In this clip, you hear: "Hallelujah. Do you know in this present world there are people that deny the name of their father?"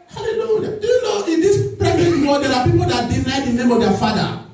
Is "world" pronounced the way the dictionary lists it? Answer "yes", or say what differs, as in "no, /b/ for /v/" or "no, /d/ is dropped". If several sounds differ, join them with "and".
no, /l/ is dropped